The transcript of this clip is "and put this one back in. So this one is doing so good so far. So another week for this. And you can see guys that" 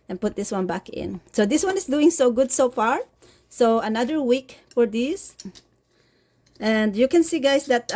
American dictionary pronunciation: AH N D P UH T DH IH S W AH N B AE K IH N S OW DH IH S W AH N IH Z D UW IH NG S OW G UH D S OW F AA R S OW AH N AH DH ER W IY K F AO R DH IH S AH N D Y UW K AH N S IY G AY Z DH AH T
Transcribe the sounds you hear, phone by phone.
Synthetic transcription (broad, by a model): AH N P UH T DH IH S W AH N B AE K IH N S OW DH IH S W AH N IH S D UW IH NG S OW G UH D S OW F AA R S OW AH N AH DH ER W IY K F AO R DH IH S AH N D Y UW K AH N S IY G AY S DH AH T